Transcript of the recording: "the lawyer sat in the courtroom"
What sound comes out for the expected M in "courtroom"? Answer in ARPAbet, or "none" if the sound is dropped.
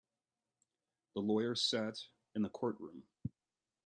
M